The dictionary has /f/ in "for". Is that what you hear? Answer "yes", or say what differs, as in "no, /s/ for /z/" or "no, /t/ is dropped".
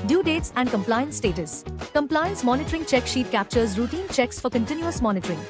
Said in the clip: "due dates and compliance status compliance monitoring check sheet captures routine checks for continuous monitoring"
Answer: yes